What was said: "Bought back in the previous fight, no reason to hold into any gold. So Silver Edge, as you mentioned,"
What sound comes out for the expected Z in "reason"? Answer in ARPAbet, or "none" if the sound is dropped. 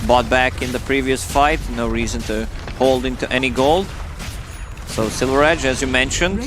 Z